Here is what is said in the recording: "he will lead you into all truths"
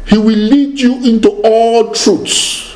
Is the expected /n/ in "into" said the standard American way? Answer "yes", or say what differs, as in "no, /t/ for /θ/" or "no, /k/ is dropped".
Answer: yes